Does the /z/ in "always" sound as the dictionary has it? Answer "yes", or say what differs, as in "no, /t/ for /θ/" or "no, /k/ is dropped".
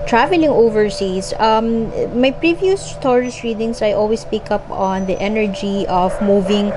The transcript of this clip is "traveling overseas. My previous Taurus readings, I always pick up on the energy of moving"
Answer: no, /s/ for /z/